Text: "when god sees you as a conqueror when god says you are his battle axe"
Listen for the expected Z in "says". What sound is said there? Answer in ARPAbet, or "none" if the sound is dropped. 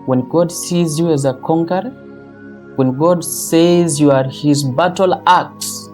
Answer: Z